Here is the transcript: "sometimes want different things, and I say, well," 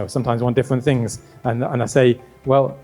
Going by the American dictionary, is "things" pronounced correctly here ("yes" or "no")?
yes